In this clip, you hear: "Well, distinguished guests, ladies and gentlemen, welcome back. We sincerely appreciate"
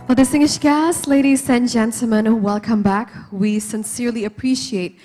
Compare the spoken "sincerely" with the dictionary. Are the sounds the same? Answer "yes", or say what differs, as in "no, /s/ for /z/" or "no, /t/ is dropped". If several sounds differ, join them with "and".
yes